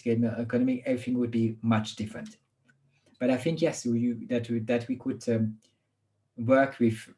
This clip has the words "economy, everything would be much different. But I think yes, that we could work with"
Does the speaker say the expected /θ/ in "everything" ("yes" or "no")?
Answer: yes